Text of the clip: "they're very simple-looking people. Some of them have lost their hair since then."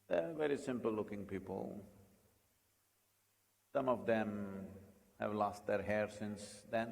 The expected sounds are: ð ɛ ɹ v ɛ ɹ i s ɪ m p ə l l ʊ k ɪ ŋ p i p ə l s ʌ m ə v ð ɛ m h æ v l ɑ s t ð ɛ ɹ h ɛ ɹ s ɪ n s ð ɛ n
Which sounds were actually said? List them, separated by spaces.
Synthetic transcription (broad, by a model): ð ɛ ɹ v ɛ ɹ i s ɪ m p ə l l ʊ k ɪ ŋ p i p ə l s ʌ m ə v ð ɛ m h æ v l ɑ s t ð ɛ ɹ h ɛ ɹ s ɪ n s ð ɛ n